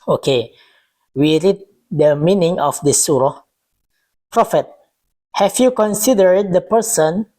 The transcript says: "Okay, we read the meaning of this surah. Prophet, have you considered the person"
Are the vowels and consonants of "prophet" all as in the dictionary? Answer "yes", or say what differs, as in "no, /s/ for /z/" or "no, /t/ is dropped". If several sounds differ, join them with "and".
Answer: yes